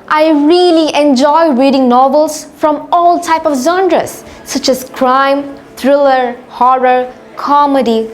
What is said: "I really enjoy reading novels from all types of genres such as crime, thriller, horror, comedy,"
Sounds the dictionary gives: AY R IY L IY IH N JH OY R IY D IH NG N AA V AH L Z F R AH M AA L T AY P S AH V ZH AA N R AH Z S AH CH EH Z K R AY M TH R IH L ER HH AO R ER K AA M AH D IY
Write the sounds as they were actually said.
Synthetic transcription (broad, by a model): AY R IY L IY IH N JH OY R IY D IH NG N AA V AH L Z F R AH M AA L T AY P AH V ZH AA N R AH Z S AH CH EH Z K R AY M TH R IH L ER HH AO R ER K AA M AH D IY